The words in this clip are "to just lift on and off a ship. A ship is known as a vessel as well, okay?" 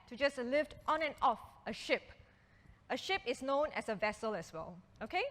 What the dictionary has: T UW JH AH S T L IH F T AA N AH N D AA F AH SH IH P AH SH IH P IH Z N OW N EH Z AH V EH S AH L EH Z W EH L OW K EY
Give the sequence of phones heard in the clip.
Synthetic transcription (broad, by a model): T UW JH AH S L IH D T AA N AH N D AA F AH SH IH P AH SH IH P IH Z N OW N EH S AH V EH S AH L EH S W EH L OW K EY